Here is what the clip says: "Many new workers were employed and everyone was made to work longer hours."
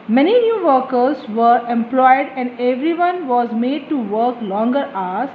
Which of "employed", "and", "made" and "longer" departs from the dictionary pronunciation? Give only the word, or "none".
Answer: none